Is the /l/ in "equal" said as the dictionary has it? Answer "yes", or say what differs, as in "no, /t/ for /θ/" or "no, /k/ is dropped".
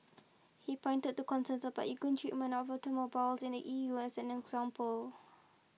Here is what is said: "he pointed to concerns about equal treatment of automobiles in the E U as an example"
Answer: no, /n/ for /l/